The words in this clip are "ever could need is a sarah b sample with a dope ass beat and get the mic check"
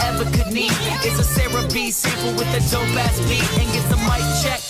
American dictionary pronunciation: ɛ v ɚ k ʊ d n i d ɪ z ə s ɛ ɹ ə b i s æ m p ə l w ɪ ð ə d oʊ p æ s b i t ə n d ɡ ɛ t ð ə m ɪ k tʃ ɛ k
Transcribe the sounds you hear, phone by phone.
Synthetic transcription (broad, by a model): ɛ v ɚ k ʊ d n i d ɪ s ə s ɛ ɹ ə b i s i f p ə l w ɪ ð ə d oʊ b æ s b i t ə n ɡ ɛ t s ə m ɪ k tʃ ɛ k